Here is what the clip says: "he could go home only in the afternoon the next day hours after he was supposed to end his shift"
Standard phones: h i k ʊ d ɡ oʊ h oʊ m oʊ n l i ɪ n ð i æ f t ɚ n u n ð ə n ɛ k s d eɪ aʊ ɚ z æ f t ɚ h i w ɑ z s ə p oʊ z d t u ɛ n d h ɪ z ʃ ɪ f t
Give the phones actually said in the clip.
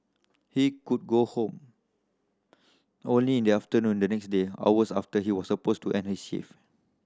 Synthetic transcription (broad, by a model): h i k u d ɡ oʊ h oʊ m oʊ n l i ɪ n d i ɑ f t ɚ n u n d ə n ɛ k s d eɪ aʊ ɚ s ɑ f t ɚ h i w ɑ s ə p oʊ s t u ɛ n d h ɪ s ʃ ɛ f